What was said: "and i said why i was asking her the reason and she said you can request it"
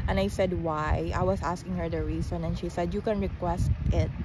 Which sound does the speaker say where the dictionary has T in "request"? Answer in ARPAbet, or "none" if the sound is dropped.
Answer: T